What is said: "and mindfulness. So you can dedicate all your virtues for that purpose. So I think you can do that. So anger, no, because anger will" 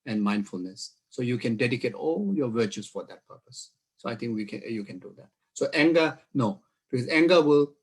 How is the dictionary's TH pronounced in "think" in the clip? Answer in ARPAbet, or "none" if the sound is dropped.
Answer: T